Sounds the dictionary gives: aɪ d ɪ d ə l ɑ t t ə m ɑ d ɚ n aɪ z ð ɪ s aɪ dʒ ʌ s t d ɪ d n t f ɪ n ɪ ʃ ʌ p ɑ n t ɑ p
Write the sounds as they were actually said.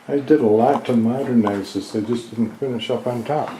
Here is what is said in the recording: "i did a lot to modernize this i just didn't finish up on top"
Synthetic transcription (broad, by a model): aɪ d ɪ d ə l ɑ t t ə m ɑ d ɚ n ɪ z ð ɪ ɪ dʒ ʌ s d ɪ d n t f ɪ n ɪ ʃ ʌ p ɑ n t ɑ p